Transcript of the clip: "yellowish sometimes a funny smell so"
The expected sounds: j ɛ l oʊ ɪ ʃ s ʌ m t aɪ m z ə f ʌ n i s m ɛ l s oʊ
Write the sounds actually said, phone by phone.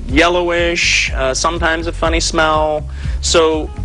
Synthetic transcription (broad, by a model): j ɛ l oʊ ɪ ʃ s ʌ m t aɪ m z ə f ʌ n i s m ɛ l s oʊ